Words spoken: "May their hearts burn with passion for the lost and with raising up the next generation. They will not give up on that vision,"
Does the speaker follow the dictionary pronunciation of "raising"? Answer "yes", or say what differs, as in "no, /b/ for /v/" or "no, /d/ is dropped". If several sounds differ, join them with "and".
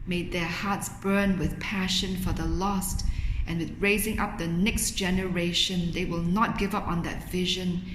yes